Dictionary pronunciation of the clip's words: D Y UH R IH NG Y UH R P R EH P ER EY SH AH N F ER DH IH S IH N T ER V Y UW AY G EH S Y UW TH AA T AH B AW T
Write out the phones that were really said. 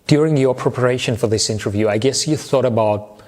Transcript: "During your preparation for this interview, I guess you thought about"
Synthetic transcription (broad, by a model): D Y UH R IH NG Y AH R P R EH P ER EY SH AH N F ER DH IH S IH N T ER V Y UW AY G EH S Y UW TH AA T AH B AW T